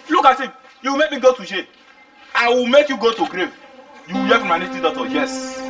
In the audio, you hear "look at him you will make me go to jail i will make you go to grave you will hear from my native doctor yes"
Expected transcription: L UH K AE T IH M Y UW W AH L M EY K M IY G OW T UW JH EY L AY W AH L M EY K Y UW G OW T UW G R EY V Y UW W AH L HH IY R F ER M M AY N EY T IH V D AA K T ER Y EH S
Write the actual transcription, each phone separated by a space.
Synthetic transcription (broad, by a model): L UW K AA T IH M Y UW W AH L M EY K M IY G OW T UW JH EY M AY W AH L M EY K Y UW G OW T UW G R EY V Y UW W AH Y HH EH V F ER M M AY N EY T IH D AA T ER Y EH S